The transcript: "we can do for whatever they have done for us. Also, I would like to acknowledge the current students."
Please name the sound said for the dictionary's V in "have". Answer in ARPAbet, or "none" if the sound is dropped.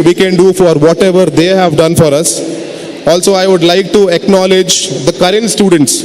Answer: V